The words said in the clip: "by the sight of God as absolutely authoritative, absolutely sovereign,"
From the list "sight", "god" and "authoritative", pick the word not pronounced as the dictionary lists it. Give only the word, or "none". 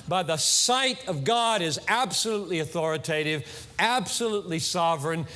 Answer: none